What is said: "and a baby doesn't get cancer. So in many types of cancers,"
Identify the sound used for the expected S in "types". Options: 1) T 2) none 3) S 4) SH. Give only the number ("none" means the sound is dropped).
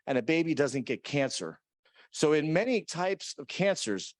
3